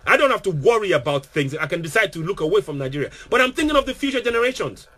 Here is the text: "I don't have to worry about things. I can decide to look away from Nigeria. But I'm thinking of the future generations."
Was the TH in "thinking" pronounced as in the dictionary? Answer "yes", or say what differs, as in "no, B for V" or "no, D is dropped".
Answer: yes